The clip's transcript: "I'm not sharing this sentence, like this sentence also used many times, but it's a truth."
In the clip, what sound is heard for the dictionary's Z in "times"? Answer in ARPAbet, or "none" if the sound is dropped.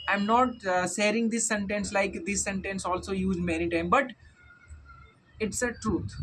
none